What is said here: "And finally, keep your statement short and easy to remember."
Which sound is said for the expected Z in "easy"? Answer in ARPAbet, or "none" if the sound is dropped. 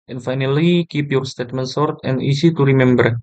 S